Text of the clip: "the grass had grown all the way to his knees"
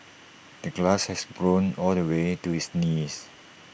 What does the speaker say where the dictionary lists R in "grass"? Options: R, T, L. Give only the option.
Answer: L